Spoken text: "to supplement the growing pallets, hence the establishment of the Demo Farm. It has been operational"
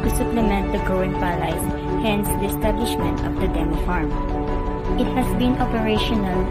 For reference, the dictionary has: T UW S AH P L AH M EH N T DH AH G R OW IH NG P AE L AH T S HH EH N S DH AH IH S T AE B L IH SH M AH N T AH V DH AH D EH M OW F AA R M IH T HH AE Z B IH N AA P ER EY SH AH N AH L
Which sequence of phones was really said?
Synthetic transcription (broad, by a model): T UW S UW P L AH M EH N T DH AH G OW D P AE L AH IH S HH EH N S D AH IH S T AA B L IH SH M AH N T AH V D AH D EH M F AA R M IH T HH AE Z B IH N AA P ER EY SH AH N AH L